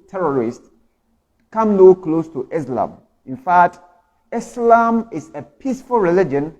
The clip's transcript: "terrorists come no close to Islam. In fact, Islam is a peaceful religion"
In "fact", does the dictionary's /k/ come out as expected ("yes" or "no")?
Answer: yes